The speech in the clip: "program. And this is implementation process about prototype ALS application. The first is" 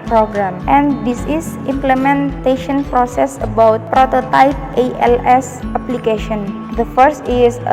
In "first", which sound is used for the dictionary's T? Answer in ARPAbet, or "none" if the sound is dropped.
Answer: T